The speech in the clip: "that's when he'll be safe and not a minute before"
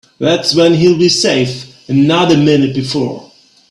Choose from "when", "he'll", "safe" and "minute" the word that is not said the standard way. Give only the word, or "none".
none